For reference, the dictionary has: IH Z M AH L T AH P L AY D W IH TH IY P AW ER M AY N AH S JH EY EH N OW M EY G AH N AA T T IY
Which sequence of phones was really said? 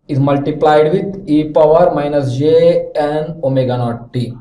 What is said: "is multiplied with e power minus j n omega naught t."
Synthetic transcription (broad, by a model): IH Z M AH L T AH P L AY D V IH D IY P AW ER M AY N AH S JH EY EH N OW M EY G AH N AA T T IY